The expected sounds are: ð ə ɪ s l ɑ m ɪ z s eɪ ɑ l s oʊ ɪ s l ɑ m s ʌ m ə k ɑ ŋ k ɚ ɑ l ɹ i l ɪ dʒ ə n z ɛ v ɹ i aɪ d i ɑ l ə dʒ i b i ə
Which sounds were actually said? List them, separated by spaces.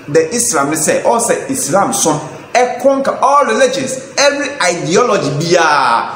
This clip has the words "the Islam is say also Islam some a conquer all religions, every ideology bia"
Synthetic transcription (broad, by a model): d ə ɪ s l ɑ m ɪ s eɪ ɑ s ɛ ɪ s l ɑ m s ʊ ə k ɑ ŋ k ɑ ɑ l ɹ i l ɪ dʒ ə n s ɛ v ɹ i aɪ d i ɑ l ə dʒ i b i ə